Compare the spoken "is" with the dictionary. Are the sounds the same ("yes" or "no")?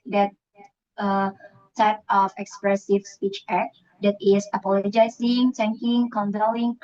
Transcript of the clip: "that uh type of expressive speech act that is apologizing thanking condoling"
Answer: no